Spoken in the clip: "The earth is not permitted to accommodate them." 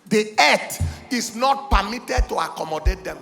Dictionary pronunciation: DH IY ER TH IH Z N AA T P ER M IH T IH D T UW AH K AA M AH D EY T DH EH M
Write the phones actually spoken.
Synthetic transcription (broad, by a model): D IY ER T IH S N AA T P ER M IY T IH D T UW AH K AA M AH D EY T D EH M